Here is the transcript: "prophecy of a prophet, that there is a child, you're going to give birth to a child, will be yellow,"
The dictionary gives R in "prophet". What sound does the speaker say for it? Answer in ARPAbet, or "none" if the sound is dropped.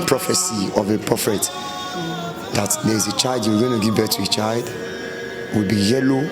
none